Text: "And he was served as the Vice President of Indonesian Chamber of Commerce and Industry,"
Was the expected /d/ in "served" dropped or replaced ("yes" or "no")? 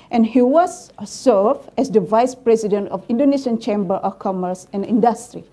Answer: yes